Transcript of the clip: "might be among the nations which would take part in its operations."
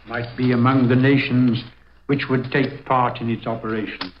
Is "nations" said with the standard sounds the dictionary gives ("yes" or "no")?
yes